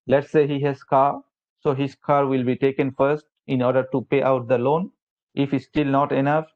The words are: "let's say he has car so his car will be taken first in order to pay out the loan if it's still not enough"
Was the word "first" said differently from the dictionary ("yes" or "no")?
no